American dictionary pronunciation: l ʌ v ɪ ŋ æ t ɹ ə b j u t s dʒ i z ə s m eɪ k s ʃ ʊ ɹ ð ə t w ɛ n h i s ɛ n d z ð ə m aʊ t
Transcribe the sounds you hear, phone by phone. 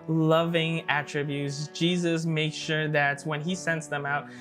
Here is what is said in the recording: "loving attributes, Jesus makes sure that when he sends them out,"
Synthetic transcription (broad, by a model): l ʌ v ɪ ŋ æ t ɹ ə b j u t s dʒ i z ə s m eɪ k ʃ ʃ ʊ ɹ ð ə t w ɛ n i s ɛ n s ð ə m aʊ t